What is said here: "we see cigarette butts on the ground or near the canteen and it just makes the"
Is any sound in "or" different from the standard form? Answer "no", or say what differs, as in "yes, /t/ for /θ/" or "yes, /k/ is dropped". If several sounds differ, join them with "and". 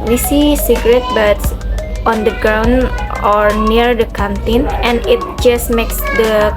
no